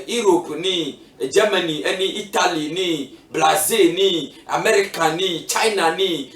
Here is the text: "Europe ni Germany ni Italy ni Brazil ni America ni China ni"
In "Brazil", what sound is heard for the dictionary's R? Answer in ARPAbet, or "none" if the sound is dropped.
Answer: L